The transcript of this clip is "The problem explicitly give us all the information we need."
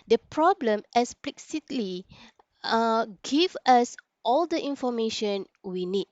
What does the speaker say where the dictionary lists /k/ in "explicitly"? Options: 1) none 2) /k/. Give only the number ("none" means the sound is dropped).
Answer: 1